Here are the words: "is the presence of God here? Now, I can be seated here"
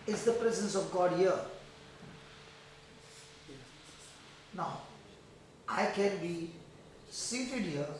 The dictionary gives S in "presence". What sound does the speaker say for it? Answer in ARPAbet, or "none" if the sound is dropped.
S